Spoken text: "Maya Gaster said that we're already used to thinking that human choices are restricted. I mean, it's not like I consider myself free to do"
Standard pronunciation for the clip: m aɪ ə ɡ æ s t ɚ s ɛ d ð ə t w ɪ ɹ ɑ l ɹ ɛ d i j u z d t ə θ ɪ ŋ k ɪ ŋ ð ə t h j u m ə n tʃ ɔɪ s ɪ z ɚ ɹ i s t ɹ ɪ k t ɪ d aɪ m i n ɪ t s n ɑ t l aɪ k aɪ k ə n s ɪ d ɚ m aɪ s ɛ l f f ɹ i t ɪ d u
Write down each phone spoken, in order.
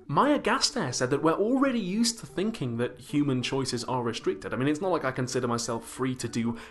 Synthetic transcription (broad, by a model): m aɪ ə ɡ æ s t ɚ s ɛ d ð ə t w ɪ ɹ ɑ l ɹ ɛ d i j u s t ə θ ɪ ŋ k ɪ ŋ ð ə t h j u m ə n tʃ ɔɪ s ɪ z ɚ ɹ i s t ɹ ɪ k t ɪ d aɪ m i n ɪ t s n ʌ t l aɪ k aɪ k ə n s ɪ d ɚ m aɪ s ɛ l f f ɹ i t ɪ d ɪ